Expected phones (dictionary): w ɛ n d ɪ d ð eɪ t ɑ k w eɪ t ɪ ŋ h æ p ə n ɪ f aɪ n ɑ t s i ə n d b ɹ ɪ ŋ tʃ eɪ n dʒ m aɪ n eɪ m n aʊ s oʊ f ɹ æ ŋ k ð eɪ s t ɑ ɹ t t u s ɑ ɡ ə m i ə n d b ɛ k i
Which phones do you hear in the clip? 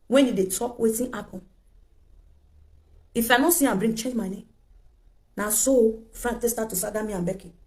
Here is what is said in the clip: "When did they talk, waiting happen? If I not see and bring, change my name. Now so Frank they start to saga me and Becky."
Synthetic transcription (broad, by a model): w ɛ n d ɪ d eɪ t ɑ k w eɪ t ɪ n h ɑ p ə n ɪ f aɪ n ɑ s i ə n b ɹ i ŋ tʃ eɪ dʒ m aɪ n eɪ m n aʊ s oʊ f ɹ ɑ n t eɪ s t ɑ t t u s ɑ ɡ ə m i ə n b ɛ k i